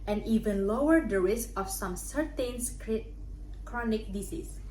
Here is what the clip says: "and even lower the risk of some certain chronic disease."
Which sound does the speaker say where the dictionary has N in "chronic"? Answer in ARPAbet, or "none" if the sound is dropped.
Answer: N